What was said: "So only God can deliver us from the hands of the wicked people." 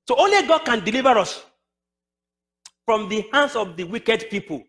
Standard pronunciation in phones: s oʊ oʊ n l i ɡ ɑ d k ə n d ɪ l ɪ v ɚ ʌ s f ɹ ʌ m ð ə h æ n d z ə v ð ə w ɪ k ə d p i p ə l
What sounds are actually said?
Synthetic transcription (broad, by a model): s oʊ oʊ n l i ɡ ɑ d k ə n d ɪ l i v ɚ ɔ s f ɹ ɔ m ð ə h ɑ n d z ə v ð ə w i k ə d p i p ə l